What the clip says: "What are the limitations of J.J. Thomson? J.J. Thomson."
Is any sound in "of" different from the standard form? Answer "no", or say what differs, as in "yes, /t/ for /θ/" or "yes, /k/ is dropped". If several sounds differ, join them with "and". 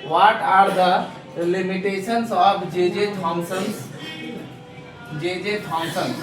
yes, /p/ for /v/